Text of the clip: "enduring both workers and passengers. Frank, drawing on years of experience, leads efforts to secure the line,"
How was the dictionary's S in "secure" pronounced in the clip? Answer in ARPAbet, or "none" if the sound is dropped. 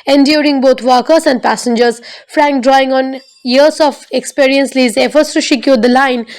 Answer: SH